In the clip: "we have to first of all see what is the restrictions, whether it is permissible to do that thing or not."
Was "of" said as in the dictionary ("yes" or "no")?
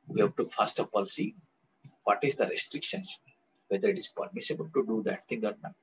no